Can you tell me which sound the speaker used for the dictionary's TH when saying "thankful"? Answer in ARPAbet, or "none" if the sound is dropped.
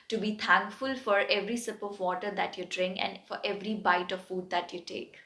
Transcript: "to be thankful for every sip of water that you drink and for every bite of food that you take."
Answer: T